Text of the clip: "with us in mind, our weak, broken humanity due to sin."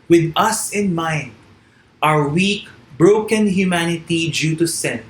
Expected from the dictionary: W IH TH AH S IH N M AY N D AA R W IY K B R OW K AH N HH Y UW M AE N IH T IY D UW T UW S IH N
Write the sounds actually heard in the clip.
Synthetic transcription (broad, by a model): W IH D AH S IH N M AY N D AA W W IY K B R OW K AH N HH Y UW M AE N IH T IY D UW T UW S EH N